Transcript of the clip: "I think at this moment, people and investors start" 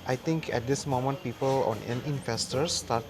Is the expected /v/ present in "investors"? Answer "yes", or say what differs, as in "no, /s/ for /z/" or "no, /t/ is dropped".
no, /f/ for /v/